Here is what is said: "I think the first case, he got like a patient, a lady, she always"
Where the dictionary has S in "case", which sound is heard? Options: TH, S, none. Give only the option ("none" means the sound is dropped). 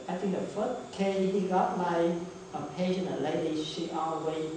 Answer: none